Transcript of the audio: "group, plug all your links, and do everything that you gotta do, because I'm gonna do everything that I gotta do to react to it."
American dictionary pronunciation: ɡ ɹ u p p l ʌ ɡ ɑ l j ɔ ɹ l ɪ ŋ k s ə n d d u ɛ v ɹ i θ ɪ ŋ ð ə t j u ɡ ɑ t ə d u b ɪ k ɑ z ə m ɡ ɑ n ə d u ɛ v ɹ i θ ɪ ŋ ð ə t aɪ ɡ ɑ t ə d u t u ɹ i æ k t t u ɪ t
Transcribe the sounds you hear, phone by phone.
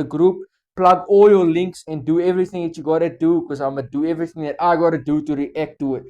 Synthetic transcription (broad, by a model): ɡ ɹ u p p l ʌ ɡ ɑ l j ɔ l ɪ ŋ k s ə n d d u ɛ v ɹ i θ ɪ ŋ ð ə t j u ɡ ɑ t ə d u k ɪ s ɑ ə m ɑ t d u ɛ v ɹ i θ ɪ ŋ ð ə t aɪ ɡ ɑ t ə d u t u ɹ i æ k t t u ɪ t